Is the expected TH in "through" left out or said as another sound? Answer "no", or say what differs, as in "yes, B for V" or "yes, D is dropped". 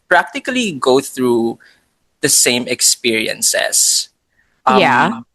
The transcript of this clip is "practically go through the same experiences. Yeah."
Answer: no